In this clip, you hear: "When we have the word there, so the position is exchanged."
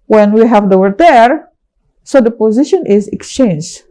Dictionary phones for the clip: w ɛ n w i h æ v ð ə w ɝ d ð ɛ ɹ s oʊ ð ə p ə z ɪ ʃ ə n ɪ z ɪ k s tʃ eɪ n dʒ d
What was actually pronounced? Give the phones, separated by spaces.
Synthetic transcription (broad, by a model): w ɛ n w i h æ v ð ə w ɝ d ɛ ɹ s oʊ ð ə p ə z ɪ ʃ ə n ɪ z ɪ k s tʃ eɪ n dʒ